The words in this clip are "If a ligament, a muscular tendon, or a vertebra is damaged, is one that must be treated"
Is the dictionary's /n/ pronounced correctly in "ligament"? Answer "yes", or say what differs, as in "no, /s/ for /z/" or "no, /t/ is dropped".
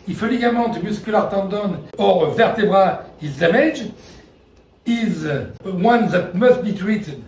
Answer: no, /n/ is dropped